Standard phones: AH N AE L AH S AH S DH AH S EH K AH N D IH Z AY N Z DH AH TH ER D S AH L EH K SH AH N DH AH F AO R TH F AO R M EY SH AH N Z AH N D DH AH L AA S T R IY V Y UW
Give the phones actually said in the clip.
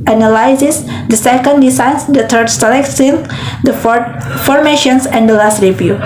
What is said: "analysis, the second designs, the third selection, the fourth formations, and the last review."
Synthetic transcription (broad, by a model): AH N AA L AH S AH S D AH S EH K AH N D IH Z AY N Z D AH T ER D S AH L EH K S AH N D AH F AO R F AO R M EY SH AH N S AH N D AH L AA S T R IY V Y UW